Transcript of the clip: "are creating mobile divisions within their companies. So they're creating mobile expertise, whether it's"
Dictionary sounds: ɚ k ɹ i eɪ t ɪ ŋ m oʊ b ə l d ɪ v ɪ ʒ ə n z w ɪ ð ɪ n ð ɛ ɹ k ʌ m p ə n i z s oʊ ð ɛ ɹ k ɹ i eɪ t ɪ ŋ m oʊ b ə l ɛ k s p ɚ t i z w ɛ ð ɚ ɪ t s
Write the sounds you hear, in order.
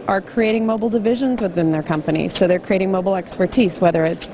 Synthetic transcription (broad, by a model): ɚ k ɹ i eɪ t ɪ ŋ m oʊ b l d ɪ v ɪ ʒ ə n z w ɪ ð ɪ n ð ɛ ɹ k ʌ m p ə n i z s oʊ ð ɛ ɹ k ɹ i eɪ t ɪ ŋ m oʊ b l ɛ k s p ɚ t i z w ɛ ð ɚ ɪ t s